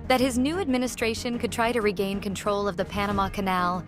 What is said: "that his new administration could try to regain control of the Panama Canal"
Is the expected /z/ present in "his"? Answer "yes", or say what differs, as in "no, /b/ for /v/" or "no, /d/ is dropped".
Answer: yes